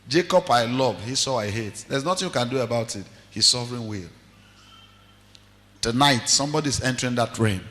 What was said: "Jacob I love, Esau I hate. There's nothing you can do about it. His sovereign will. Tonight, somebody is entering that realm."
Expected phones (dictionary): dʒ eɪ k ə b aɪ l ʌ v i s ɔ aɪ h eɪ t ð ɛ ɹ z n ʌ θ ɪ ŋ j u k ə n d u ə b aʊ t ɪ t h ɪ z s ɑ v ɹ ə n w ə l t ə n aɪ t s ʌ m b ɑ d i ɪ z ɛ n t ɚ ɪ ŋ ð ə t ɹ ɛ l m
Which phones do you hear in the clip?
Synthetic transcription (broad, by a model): dʒ eɪ k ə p aɪ l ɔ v i s ɔ aɪ h eɪ t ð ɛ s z n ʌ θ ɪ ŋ j u k ə n d u ə b aʊ t ɪ t h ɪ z s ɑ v ɹ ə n w ə l t ə n aɪ t s ʌ m b ɑ d i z ɛ n t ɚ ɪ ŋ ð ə t ɹ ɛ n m